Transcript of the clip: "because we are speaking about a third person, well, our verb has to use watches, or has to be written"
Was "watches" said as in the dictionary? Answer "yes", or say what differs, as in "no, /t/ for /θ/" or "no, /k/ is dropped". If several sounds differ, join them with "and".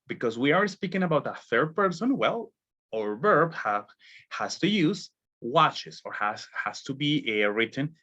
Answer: no, /s/ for /z/